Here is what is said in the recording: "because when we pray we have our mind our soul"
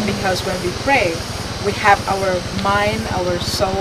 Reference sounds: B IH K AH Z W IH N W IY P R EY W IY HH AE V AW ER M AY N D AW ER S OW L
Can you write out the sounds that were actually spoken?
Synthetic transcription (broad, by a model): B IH K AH Z W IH N W IY P R EY W IY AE V AW ER M AY N D AW ER S OW